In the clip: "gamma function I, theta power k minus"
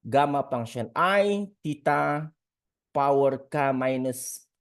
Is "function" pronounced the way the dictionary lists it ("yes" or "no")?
no